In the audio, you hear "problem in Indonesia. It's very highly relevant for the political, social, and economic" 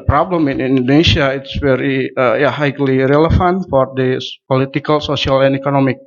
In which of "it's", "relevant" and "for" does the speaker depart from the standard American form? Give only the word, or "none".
relevant